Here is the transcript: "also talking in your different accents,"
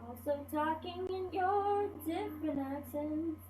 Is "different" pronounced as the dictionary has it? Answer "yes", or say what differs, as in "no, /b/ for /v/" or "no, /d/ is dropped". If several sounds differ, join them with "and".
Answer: no, /t/ is dropped